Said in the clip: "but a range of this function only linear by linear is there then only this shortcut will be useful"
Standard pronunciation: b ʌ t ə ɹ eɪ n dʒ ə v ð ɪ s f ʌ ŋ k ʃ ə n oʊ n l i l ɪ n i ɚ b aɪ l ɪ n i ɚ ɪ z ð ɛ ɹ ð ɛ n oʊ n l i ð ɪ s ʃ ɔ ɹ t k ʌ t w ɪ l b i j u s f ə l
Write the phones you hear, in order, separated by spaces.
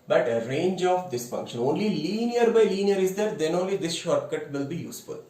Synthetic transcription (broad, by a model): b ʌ t ə ɹ eɪ n dʒ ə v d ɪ s f ʌ ŋ k ʃ ə n oʊ n l i l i n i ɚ b aɪ l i n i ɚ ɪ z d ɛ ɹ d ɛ n oʊ n l i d ɪ s ʃ ɔ ɹ t k ʌ t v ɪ l b i j u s f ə l